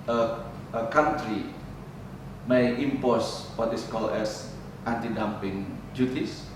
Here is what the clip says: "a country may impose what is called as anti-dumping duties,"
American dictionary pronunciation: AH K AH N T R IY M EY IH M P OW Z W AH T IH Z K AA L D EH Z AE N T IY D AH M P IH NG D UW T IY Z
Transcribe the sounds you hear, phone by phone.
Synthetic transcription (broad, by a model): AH K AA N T R IY M EY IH M P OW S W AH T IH S K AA L EH S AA N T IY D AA M P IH NG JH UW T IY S